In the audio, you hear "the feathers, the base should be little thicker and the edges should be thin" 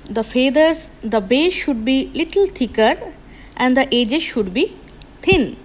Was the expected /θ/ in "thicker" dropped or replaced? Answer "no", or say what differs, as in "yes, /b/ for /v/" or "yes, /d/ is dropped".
yes, /t/ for /θ/